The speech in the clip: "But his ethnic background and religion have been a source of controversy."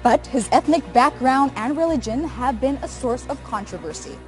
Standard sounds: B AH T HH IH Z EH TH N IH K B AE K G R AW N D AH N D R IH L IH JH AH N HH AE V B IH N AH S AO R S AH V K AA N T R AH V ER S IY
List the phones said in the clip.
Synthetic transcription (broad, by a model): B AH T HH IH Z EH TH N IH K B AE K G R AW N D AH N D R IH L IH JH AH N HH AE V B IH N AH S AO R S AH V K AA N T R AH V ER S IY